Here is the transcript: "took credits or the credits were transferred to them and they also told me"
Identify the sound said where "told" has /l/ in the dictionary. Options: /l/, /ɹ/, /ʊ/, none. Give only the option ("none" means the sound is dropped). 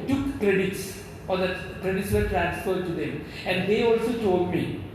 none